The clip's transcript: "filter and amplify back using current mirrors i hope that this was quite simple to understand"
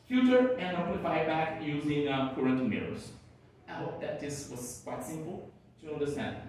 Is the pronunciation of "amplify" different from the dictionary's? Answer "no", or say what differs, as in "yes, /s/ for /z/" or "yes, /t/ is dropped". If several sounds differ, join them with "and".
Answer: yes, /m/ is dropped